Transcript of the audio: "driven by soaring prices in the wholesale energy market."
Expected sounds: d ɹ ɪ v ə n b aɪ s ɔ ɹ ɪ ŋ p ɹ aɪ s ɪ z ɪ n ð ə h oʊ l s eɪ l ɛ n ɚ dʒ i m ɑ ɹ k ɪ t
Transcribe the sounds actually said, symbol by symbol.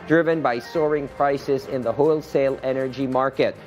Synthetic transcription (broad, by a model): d ɹ ɪ v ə n b aɪ s ɔ ɹ ɪ ŋ p ɹ aɪ s ɪ z ɪ n ð ə h oʊ l s eɪ l ɛ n ɚ dʒ i m ɑ ɹ k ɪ t